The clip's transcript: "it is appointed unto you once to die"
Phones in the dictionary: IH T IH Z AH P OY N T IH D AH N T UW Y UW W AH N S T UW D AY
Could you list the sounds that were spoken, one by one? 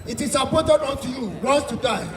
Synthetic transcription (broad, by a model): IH T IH S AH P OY T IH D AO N T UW Y UW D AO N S T UW D AY